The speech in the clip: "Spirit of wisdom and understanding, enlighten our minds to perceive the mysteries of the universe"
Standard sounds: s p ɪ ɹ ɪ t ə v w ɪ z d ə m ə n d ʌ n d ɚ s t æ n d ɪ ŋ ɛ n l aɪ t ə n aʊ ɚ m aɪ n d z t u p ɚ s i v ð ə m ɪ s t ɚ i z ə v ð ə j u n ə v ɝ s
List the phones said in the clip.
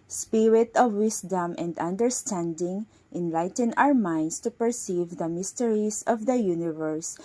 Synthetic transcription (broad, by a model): s p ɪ ɹ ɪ t ə v w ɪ s d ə m ə n d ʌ n d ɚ s t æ n d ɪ ŋ ɛ n l aɪ t ə n aʊ ɚ m aɪ n d s t u p ɚ s i v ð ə m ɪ s t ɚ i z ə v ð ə j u n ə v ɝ s